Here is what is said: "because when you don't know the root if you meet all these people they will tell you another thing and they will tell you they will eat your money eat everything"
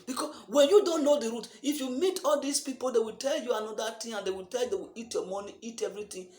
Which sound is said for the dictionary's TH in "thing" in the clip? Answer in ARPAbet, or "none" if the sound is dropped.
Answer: T